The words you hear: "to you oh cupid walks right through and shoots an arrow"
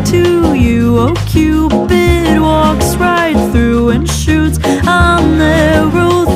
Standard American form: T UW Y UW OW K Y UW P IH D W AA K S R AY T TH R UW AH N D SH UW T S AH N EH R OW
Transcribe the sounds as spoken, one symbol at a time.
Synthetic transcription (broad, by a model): T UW Y UW OW K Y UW B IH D W AA K S R AY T TH R UW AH N SH UW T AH N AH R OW